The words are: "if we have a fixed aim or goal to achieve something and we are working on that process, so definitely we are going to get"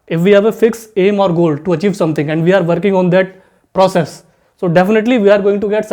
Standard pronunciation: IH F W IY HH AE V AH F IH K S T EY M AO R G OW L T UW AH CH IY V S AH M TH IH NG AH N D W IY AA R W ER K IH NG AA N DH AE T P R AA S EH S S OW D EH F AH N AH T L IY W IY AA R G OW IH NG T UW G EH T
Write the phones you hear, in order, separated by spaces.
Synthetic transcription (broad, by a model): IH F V IY HH AE V AH F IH K S EY M AO R G OW L T UW AH CH IY V S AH M T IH NG AH N D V IY AA R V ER K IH NG AA N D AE T P R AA S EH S S OW D EH F AH N AH T L IY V IY AA R G OW IH NG T UW G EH T